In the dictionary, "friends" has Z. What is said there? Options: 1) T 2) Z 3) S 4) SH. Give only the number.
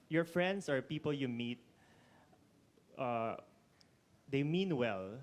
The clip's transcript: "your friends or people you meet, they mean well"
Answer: 3